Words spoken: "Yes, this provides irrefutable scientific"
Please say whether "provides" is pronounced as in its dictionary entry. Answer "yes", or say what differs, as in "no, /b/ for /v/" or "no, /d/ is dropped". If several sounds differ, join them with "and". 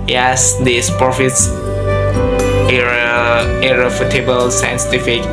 no, /f/ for /v/